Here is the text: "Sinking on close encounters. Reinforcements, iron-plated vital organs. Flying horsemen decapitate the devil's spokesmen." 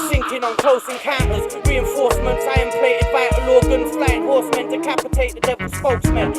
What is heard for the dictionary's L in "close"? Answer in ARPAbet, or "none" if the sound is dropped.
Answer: none